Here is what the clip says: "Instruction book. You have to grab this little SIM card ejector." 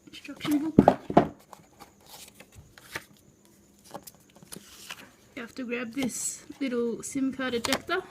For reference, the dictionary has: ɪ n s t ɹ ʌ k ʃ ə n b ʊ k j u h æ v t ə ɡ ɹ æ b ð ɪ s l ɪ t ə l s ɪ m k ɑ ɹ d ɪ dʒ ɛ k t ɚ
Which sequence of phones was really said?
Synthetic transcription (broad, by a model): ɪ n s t ɹ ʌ k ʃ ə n b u k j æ f t ə ɡ ɹ æ b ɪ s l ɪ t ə s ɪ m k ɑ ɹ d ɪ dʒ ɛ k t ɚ